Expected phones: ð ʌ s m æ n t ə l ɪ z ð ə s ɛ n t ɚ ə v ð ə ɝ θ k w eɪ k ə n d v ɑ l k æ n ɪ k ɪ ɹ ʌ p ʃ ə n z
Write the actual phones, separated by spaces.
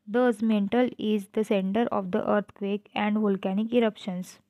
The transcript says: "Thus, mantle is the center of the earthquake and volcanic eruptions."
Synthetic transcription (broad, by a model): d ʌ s m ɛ n t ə l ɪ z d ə s ɛ n t ɚ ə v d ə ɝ t k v eɪ k ə n d v ɑ l k æ n ɪ k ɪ ɹ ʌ p ʃ ə n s